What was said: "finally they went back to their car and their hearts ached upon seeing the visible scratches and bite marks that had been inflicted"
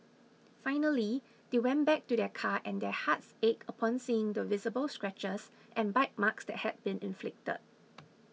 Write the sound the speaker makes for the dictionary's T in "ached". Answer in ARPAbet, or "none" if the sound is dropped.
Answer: none